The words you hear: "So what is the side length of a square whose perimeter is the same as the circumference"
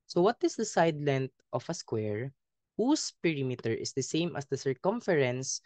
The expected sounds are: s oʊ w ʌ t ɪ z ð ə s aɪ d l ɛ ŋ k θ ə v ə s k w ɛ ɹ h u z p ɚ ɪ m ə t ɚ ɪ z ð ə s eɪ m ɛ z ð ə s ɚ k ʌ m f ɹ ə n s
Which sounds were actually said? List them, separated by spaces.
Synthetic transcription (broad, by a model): s oʊ w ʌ t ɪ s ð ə s aɪ d l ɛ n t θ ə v ə s k w ɛ ɹ h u s p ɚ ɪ m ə t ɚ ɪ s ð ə s eɪ m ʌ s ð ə s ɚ k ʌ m f ɹ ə n s